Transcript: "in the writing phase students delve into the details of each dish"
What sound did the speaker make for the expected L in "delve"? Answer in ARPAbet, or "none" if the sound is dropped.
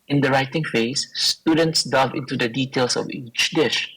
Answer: none